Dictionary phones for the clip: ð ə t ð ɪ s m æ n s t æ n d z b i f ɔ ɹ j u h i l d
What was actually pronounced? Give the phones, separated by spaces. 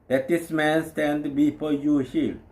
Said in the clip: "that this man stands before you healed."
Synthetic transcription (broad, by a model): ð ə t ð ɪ s m æ n s t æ n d b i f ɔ j u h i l